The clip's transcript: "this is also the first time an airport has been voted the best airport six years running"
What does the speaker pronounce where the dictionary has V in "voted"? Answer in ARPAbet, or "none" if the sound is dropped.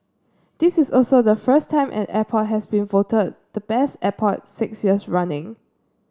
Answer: V